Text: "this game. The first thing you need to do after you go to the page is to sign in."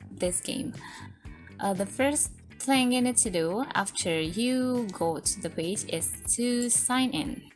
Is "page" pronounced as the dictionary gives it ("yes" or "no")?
yes